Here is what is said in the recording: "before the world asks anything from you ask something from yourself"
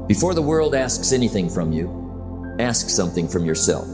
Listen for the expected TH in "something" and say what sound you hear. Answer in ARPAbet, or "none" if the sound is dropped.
TH